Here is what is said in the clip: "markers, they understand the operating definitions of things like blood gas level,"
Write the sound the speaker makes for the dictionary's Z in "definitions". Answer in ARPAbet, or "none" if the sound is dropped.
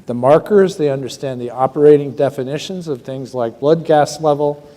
Z